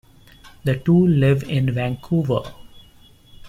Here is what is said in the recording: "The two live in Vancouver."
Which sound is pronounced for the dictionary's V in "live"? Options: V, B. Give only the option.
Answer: V